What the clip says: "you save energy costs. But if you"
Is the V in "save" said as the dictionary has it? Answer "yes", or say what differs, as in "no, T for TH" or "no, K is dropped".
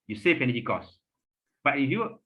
no, F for V